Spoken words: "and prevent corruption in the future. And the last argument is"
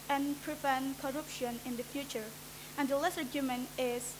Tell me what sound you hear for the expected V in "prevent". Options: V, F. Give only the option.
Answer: F